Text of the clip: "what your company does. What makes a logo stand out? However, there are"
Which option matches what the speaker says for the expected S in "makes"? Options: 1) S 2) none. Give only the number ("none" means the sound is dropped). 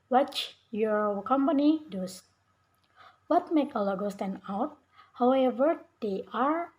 2